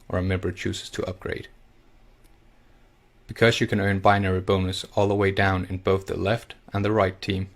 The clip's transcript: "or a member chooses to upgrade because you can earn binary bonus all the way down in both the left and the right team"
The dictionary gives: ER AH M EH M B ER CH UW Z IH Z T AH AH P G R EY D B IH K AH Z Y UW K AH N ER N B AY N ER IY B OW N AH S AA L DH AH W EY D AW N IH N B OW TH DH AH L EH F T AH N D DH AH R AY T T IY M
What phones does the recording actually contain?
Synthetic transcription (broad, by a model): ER AH M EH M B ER CH UW Z IH Z T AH AH P G R EY D B IH K AH Z Y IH K AH N ER N B AY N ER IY B OW N AH S AA L DH AH W EY D AW N IH N B OW TH DH AH L EH F T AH N DH AH R AY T T IY M